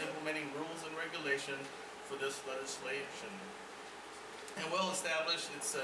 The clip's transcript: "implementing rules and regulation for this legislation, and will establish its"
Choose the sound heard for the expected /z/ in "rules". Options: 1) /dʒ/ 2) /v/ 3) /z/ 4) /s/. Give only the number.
3